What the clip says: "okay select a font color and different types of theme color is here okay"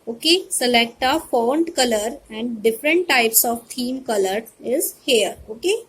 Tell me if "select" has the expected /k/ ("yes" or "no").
yes